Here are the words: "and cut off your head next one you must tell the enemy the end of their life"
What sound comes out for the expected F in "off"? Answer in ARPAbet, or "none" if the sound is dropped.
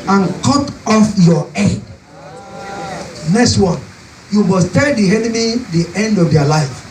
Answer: F